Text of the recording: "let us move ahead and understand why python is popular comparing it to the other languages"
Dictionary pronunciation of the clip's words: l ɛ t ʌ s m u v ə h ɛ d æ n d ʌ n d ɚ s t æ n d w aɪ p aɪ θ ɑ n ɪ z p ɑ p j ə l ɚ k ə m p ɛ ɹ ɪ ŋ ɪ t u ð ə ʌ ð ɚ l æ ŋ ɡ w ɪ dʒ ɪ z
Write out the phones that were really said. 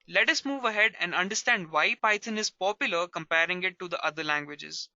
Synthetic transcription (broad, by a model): l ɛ t ʌ s m u v ə h ɛ d æ n d ʌ n d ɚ s t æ n d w aɪ p aɪ t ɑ n ɪ z p ɑ p j ə l ɚ k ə m p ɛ ɹ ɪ ŋ ɪ t u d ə ʌ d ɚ l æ ŋ ɡ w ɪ dʒ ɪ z